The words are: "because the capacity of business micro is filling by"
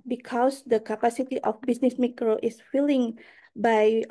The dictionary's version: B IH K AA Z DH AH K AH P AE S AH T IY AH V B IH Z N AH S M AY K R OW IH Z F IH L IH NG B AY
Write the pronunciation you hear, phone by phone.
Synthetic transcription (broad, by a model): B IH K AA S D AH K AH P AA S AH T IY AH F B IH S N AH S M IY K R OW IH S F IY L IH NG B AY